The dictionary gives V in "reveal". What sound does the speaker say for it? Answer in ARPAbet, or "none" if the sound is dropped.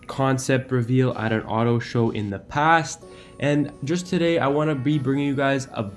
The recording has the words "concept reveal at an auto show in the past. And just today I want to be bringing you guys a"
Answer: V